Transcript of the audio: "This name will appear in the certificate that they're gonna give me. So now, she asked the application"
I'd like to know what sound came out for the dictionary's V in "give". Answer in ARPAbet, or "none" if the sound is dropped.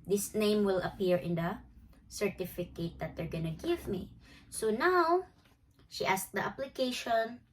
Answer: V